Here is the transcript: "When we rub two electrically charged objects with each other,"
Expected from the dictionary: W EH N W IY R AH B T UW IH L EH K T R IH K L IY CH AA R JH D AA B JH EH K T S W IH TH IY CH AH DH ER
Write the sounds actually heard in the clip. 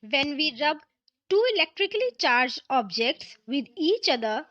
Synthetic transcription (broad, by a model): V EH N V IY R AH B T UW IH L EH K T R IH K L IY CH AA R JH AA B JH EH K T S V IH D IY CH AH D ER